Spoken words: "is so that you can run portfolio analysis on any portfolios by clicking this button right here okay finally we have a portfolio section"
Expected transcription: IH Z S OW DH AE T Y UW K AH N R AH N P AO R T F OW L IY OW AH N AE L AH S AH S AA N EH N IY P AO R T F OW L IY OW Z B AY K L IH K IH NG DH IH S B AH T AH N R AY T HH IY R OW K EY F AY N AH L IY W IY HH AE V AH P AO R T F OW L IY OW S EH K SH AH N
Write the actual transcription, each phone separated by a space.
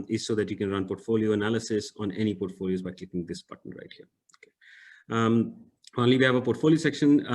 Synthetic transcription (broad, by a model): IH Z S OW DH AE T Y UW K AH N R AH N P AO R T F OW L IY OW AH N AE L AH S AH S AA N EH N IY P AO R T F OW L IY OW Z B AY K IH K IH NG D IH S B AH T AH N R AY T HH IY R OW K EY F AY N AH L IY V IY HH AE V AH P AO R T F OW L IY OW S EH K SH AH N